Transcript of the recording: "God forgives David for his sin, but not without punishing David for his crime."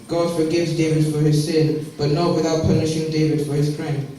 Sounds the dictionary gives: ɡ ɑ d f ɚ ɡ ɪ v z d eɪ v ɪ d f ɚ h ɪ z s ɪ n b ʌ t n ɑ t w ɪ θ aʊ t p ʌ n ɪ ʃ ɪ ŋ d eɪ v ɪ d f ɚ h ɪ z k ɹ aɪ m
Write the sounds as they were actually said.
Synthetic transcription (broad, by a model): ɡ ɑ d f ɚ ɡ ɪ v z d eɪ v ɪ d f ɚ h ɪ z s ɪ n b ʌ t n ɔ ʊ w ɪ θ aʊ t p ʌ n ɪ ʃ ɪ ŋ d eɪ v ɪ d f ɚ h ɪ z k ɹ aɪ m